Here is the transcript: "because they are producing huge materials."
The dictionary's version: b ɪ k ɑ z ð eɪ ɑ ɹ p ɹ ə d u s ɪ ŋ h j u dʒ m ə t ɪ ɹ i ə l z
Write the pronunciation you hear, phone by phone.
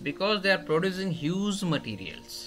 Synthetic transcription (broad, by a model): b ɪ k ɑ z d eɪ ɑ ɹ p ɹ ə d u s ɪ ŋ h j u z m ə t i ɹ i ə l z